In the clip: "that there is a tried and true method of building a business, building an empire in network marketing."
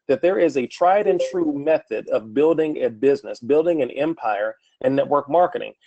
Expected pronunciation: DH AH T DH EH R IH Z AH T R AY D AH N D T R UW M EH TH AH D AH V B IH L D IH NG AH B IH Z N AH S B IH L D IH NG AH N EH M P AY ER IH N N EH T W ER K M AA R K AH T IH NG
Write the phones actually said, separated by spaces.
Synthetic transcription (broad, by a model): DH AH T DH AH R IH Z AH T R AY D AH N T R UW M EH TH AH D AH V B IH L D IH NG AH B IH Z N AH S B IH L D IH NG AH N EH M P AY ER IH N N EH T W ER K M AA R K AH T IH NG